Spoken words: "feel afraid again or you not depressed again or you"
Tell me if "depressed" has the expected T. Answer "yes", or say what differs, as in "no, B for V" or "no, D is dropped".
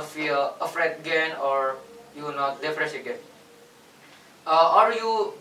no, T is dropped